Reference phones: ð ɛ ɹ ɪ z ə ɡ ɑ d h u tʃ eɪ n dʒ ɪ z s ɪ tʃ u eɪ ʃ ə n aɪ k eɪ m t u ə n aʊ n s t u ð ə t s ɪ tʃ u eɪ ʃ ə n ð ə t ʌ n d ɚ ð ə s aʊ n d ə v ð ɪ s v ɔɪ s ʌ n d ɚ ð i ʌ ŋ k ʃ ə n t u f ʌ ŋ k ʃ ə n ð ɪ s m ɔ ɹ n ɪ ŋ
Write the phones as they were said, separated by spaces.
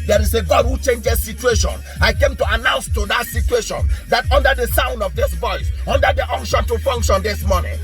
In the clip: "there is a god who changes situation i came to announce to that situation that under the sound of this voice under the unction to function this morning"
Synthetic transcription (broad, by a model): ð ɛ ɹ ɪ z ə ɡ ɑ d h u tʃ eɪ n dʒ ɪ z s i tʃ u eɪ ʃ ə n aɪ k eɪ m t u ə n aʊ n s t u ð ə t s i tʃ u eɪ ʃ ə n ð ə t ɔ n d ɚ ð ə s aʊ n d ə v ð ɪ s v ɔɪ s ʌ n d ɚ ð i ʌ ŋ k ʃ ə n t u f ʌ ŋ k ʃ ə n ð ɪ s m ɔ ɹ n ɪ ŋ